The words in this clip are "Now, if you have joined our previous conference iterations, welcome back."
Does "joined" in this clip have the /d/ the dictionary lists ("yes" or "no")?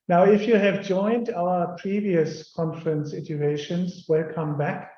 yes